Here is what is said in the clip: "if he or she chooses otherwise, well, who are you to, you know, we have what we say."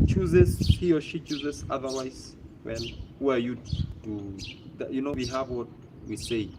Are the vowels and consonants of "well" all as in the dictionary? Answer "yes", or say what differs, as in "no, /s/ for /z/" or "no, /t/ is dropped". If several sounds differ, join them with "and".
no, /n/ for /l/